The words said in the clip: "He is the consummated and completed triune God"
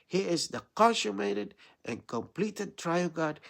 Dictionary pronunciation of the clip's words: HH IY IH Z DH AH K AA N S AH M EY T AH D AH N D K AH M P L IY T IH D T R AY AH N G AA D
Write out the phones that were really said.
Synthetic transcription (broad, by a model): HH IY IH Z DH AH K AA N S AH M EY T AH D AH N K AH M P L IY T IH D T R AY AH L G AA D